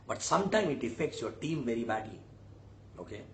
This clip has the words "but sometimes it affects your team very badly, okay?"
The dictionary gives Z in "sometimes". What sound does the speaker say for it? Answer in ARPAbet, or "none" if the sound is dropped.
none